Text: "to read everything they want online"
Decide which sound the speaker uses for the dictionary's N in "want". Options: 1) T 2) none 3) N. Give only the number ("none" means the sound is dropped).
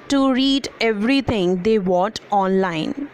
2